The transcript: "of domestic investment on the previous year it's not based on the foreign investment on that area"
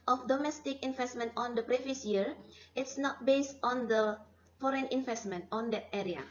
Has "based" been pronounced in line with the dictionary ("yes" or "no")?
yes